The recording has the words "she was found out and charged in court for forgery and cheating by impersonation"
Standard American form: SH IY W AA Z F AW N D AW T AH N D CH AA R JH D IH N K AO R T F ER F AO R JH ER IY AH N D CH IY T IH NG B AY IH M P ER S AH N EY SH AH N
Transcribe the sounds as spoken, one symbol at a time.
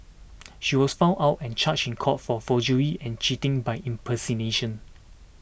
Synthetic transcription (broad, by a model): SH IY W AA S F AW N AW T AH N CH AA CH IH N K AO T F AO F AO JH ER IY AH N CH IY T IH NG B AY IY M P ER S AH N EY SH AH N